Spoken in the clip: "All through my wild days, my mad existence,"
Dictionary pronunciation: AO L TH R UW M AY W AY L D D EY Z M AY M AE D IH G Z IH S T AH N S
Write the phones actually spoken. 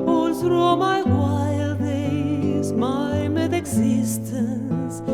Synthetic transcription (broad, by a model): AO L S R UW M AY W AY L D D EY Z M AY M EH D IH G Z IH S T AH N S